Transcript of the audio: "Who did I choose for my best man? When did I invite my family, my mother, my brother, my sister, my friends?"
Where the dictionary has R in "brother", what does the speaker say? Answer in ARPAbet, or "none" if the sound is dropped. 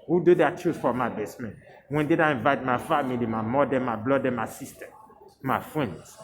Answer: L